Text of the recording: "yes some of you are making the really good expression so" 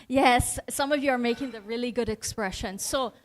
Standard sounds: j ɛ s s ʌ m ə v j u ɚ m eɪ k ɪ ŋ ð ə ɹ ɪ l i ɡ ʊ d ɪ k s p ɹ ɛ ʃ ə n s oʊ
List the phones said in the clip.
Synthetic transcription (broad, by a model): j ɛ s s ʌ m ə v j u ɚ m eɪ k ɪ ŋ ð ə ɹ ɪ l i ɡ ʊ d ɪ k s p ɹ ɛ ʃ ə n s oʊ